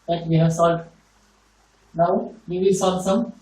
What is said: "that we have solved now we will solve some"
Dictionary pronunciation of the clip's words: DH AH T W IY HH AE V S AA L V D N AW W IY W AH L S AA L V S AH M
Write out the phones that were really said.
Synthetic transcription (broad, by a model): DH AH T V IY HH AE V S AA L D N AW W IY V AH S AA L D S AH M